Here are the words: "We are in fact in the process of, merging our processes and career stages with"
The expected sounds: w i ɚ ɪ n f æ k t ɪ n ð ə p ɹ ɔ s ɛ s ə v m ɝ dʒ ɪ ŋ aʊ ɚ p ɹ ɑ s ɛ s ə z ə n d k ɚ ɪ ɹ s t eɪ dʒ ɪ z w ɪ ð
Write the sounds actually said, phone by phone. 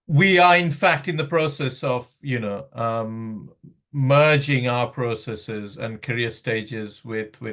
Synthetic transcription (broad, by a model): w i ɚ ɪ n f æ k t ɪ n ð ə p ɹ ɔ s ɛ s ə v m ɝ dʒ ɪ ŋ aʊ ɚ p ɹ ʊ s ɛ s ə z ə n k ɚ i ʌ s t eɪ dʒ ɪ z w ɪ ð